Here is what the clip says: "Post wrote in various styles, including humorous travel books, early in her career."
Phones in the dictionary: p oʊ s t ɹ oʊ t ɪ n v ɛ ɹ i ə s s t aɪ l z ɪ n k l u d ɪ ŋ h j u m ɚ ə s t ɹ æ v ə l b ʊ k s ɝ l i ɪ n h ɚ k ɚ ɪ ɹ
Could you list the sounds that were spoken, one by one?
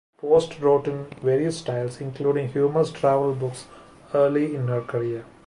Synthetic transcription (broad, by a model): p oʊ s t ɹ oʊ t ɪ n v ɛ ɹ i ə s s t aɪ l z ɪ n k l u d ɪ ŋ h j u m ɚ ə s t ɹ æ v ə l b ʊ k s ɝ l i ɪ n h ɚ k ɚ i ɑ